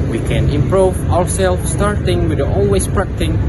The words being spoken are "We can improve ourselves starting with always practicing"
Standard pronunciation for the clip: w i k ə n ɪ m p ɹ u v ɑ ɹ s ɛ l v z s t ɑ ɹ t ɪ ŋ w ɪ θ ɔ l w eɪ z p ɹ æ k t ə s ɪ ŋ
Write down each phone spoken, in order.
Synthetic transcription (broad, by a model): w i k ə n ɪ m p ɹ u v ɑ ɹ s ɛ l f s t ɑ ɹ t ɪ ŋ w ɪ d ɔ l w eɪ s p ɹ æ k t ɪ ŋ